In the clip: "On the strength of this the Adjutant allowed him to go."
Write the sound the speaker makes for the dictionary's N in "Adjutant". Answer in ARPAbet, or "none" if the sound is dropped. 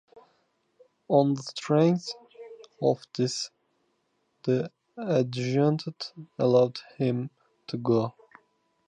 none